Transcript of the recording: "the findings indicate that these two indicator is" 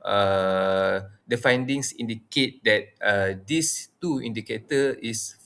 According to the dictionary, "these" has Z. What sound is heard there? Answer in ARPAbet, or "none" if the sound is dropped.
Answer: S